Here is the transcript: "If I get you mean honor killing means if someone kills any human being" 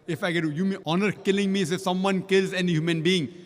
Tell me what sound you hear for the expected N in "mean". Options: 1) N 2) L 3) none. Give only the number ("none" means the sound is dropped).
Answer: 3